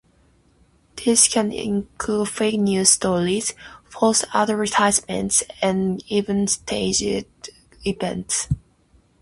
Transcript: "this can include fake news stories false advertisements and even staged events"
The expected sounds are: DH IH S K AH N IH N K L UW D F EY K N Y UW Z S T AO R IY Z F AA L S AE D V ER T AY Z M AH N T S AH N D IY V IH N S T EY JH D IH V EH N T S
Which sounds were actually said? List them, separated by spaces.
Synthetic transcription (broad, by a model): DH IH S K AH N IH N K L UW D F EY K N Y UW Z S T AO R IY Z F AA S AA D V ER T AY S M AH N T S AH N IY V IH N S T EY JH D IH V EH N T S